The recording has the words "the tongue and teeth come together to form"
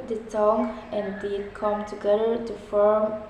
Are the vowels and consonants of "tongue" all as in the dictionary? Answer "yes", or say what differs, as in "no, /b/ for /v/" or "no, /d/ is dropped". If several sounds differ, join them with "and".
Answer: no, /s/ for /t/